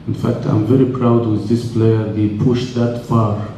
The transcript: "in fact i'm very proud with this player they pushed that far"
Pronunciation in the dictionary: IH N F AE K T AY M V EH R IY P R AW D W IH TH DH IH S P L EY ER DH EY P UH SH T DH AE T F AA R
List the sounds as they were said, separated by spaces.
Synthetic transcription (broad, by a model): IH N F AE K T AY M V EH R IY P R AW D W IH DH IH S P L EY ER DH EY P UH SH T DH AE T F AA R